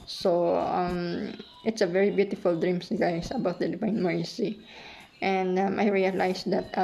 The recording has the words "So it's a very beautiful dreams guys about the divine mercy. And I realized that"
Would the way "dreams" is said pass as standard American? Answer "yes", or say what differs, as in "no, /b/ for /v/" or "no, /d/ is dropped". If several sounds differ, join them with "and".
no, /s/ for /z/